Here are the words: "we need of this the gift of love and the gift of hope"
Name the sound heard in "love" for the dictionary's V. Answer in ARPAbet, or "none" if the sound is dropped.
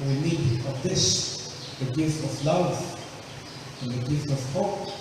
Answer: W